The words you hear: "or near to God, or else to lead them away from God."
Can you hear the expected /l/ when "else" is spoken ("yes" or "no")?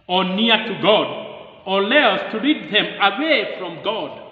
no